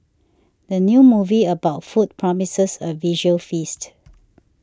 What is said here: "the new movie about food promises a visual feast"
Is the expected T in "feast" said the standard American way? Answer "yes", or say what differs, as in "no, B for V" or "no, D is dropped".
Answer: yes